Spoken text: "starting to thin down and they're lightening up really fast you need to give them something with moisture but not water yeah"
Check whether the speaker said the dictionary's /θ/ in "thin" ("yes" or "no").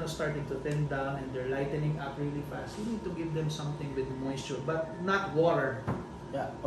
no